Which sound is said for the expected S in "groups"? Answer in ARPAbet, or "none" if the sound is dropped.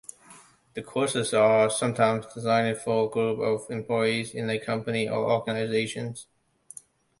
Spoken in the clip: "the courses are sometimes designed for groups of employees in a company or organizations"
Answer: none